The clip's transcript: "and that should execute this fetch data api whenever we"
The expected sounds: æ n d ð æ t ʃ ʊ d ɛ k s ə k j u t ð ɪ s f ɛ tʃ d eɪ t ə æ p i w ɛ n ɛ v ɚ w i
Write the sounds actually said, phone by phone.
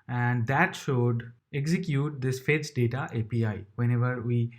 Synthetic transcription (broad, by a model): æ n d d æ t ʃ ʊ d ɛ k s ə k j u t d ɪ s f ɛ s d eɪ t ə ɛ p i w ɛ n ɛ v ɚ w i